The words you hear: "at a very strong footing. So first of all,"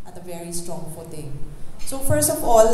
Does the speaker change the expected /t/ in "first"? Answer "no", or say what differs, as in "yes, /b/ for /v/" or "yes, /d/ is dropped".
no